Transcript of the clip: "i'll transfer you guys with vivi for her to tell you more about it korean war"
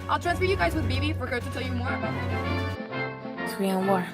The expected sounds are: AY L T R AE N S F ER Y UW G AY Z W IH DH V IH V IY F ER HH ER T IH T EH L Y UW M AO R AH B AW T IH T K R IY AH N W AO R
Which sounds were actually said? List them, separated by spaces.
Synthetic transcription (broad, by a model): AY L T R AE N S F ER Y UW G AY Z W IH DH B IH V IY F ER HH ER T IH T EH L Y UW M AO R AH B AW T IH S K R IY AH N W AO R